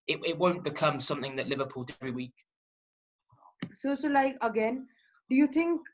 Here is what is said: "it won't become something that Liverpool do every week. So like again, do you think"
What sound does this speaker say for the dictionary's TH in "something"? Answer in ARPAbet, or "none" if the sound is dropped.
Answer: TH